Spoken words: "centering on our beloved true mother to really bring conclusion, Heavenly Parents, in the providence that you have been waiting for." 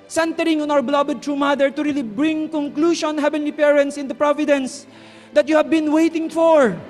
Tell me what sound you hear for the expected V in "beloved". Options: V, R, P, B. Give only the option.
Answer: B